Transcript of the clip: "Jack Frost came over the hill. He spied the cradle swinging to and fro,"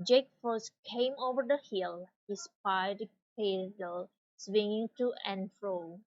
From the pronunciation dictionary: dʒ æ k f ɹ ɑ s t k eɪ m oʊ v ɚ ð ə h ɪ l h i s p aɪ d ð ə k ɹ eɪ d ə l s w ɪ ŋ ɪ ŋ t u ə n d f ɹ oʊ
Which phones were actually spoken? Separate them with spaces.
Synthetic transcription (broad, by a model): dʒ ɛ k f ɑ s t k eɪ m oʊ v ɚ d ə h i l h i s p aɪ d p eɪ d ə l s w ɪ ŋ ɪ ŋ t u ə n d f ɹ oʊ